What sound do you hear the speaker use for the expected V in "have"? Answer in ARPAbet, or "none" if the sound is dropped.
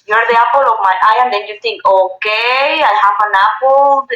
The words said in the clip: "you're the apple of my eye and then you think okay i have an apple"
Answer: P